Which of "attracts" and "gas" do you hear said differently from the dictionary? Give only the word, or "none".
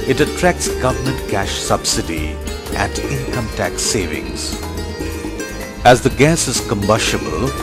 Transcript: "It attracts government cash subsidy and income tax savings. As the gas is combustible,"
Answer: none